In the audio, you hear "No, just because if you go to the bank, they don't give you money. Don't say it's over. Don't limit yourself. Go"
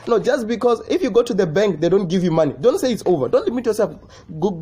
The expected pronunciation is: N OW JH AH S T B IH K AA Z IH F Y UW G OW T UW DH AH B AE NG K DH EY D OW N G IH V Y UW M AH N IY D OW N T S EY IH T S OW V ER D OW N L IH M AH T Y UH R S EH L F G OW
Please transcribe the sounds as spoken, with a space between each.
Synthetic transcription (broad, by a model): N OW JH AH S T B IH K AA Z IH F Y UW G OW T UW DH AH B AE NG K DH EY D OW N G IH V Y UW M AH N IY D OW N T S EY IH T S OW V ER D OW N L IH M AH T Y UH R S EH L F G